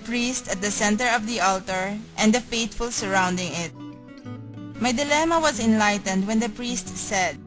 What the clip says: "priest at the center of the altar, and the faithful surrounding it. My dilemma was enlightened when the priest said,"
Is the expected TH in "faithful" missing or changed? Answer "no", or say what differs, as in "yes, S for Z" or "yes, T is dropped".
yes, T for TH